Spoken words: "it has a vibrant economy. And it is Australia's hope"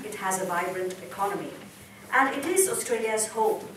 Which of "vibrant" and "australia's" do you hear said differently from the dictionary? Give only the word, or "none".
none